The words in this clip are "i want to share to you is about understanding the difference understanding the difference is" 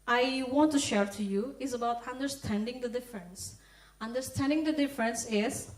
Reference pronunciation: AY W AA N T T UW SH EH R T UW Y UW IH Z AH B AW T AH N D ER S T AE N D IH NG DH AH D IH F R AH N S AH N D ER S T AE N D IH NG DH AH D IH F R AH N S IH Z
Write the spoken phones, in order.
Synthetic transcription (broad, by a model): AY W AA N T T UW SH EH R T UW Y UW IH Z AH B AW T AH N D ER S T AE N D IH NG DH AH D IH F R AH N S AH N D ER S T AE N D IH NG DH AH D IH F R AH N S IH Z